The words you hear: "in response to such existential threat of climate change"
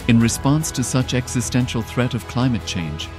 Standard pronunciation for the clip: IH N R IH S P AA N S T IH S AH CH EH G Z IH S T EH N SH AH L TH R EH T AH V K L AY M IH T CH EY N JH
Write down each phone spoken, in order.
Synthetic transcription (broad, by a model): IH N R IH S P AA N S T IH S AH CH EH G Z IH S T EH N SH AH L TH R EH T AH V K L AY M IH T CH EY N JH